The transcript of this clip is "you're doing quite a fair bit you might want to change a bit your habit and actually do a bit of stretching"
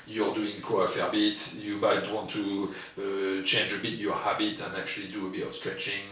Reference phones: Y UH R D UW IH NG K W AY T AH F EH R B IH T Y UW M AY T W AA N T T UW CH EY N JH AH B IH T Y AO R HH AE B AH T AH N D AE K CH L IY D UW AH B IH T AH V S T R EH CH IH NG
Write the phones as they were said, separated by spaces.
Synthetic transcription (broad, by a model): Y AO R D UW IH NG K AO AH F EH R B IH T Y UW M AY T W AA N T T UW CH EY N JH AH B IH T Y AO R HH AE B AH T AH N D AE K CH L IY D UW AH B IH T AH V S T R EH CH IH NG